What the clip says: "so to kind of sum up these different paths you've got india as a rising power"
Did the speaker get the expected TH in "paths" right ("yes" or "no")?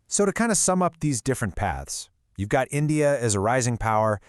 yes